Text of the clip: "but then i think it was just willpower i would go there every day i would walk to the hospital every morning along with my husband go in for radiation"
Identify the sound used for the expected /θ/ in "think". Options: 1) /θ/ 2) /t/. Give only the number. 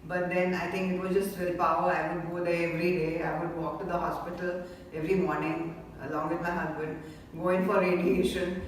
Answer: 2